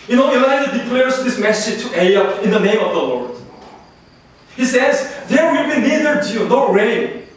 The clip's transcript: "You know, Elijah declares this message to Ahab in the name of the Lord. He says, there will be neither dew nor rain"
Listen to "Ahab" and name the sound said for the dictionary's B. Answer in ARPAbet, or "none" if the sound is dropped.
none